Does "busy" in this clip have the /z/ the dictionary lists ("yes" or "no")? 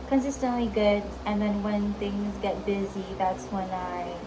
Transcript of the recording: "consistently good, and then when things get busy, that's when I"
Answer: yes